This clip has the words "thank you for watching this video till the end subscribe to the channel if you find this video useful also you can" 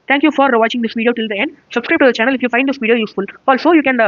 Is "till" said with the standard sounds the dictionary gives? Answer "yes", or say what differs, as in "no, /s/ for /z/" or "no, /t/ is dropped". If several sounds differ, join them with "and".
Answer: yes